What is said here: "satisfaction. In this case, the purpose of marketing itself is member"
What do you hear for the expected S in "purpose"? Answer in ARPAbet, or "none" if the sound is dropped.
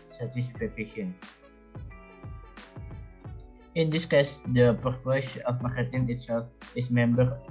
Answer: SH